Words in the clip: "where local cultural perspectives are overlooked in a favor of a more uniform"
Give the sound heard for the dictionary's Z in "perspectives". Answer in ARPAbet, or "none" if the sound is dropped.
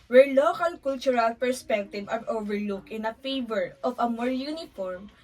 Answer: none